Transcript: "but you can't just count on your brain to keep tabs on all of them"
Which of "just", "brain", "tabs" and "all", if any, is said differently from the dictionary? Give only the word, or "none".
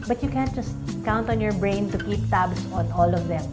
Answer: tabs